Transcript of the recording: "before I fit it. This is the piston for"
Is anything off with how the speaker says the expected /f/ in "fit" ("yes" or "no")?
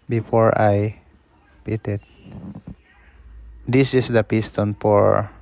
yes